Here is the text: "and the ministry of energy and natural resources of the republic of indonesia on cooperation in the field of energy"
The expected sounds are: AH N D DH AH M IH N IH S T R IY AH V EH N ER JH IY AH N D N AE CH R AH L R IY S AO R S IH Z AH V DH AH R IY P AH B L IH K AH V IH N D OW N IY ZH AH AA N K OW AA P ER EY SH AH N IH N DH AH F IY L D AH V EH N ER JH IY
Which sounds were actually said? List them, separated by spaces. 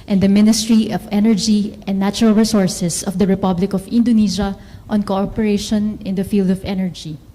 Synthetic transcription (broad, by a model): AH N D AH M IH N IH S T R IY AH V EH N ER JH IY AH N N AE CH R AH L R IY S AO R S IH S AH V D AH R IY P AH B L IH K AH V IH N D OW N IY SH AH AA N K OW AA P ER EY SH AH N IH N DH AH F IY L D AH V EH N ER JH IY